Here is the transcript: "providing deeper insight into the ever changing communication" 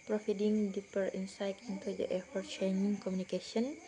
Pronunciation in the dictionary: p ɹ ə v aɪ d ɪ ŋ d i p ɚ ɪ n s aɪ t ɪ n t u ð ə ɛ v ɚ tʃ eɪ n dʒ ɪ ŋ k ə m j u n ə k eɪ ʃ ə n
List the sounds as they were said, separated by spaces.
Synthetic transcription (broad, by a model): p ɹ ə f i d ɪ ŋ d i p ɚ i n s aɪ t ɪ n t u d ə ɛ f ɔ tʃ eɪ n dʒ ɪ ŋ k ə m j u n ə k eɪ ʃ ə n